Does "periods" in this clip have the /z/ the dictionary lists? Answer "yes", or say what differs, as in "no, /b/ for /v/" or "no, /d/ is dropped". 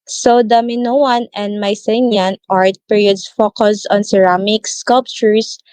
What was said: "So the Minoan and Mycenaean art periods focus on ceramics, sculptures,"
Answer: no, /s/ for /z/